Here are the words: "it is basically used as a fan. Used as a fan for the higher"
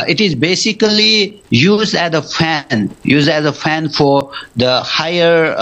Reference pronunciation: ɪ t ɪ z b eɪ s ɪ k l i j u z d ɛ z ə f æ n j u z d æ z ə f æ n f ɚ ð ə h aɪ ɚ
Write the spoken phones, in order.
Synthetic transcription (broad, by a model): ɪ t ɪ z b eɪ s ɪ k l i j u z d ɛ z ə f æ n j u z d æ z ə f æ n f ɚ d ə h aɪ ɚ